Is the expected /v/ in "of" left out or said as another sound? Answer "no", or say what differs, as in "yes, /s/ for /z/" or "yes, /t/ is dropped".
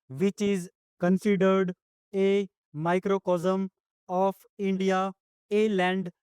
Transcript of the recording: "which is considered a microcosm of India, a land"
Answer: yes, /p/ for /v/